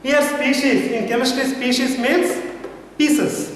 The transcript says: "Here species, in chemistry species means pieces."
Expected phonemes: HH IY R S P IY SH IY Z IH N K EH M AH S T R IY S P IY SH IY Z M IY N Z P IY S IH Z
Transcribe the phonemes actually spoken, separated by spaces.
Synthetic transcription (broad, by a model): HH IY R S P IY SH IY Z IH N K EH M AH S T IY S P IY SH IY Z M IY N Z P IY S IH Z